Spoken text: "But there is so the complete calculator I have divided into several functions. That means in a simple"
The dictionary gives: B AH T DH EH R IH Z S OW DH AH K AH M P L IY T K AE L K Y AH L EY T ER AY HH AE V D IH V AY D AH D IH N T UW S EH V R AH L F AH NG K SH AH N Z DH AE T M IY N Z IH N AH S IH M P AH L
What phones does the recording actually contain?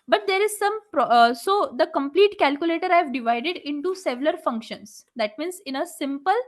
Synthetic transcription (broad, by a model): B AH T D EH R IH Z S OW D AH K AH M P L IY T K AE L K Y AH L EY T ER AY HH V D IH V AY D AH D IH N T UW S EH V L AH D F AH NG K SH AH N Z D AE T M IY N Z IH N AH S IH M P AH L